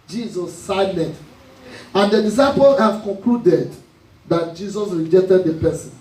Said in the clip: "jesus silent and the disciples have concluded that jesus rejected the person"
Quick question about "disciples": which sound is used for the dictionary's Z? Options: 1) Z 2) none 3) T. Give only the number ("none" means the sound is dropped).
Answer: 2